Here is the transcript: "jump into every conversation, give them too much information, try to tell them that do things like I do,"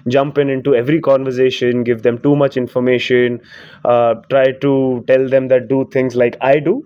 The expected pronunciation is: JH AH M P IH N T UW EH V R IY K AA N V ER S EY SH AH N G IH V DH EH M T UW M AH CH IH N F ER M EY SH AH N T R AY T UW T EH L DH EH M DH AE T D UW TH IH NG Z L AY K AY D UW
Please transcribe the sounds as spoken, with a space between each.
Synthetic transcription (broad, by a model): JH AH M P IH N T UW EH V R IY K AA N V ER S EY SH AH N G IH V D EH M T UW M AH CH IH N F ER M EY SH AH N T R AY T UW T EH L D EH M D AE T D UW T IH NG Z L AY K AY D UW